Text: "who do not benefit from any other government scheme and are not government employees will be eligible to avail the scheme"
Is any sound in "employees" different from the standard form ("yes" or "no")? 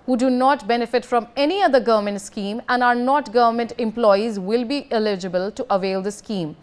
no